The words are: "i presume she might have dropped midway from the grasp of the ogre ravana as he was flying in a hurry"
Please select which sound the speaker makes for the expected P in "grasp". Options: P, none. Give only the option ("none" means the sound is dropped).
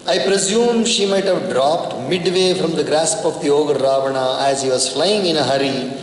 P